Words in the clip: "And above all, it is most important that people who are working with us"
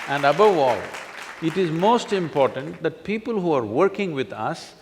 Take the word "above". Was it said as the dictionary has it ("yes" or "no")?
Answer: yes